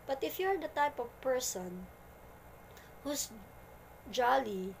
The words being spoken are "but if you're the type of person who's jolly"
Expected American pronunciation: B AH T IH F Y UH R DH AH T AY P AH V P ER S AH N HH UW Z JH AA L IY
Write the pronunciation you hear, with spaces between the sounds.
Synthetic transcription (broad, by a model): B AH T IH F Y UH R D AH T AY P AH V P ER S AH N HH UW S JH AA L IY